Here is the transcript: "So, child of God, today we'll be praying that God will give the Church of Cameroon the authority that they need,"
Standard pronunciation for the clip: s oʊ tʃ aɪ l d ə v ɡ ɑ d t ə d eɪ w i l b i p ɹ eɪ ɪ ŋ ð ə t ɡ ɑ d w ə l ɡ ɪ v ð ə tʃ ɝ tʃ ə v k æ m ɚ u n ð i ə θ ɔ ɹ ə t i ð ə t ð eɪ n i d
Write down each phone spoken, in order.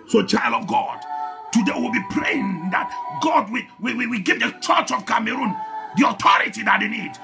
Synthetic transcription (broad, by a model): s oʊ tʃ aɪ l d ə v ɡ ɑ d t ə d eɪ w i l b i p ɹ eɪ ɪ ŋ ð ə t ɡ ɑ d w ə w ɡ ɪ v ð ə tʃ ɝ tʃ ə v k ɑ m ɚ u n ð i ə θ ɔ ɹ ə t i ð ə t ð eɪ n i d